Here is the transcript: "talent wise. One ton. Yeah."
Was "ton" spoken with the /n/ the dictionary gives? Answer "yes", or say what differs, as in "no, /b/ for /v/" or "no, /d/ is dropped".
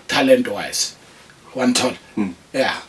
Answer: no, /l/ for /n/